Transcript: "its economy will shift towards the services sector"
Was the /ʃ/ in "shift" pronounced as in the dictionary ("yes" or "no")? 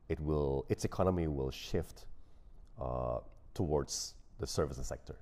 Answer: yes